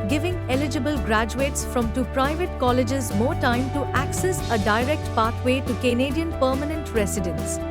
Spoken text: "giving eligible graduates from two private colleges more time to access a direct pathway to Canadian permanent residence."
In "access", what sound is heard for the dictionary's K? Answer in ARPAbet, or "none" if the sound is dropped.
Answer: K